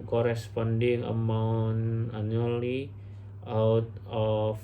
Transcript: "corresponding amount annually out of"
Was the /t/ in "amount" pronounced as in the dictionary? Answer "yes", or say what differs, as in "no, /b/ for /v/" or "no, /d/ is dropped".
no, /t/ is dropped